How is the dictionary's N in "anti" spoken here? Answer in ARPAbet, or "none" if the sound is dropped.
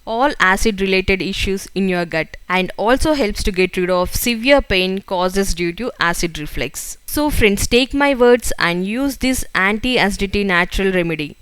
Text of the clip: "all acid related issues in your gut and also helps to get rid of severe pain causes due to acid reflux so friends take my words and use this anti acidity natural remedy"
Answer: N